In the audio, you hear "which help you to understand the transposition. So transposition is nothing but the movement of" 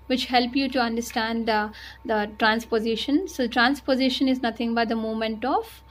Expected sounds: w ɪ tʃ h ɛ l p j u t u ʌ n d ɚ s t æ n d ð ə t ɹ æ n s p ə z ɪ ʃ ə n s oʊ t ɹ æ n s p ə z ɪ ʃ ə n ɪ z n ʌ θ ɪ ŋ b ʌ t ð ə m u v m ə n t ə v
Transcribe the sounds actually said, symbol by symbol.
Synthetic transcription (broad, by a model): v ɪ tʃ h ɛ l p j u t u ʌ n d ɚ s t æ n d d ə t ɹ æ n s p ə z ɪ ʃ ə n s oʊ t ɹ æ n s p ə z ɪ ʃ ə n ɪ z n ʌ t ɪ ŋ b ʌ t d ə m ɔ m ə n t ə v